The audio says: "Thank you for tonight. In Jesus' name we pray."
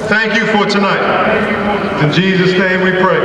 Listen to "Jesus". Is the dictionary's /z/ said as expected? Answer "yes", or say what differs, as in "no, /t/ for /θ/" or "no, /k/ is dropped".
yes